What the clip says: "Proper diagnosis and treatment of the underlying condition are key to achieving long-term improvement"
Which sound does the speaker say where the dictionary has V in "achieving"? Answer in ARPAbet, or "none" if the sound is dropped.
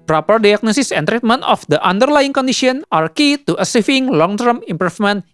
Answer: F